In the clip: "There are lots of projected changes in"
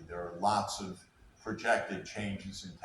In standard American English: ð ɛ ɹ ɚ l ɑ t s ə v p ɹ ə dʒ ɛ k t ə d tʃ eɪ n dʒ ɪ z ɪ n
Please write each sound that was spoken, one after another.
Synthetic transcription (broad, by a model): ð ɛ ɹ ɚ l ɑ t s ə v p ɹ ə dʒ ɛ k t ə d tʃ eɪ n dʒ ɪ z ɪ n